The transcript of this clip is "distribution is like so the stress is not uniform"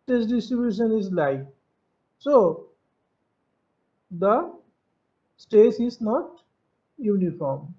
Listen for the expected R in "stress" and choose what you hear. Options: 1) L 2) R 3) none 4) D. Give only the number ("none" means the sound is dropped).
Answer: 3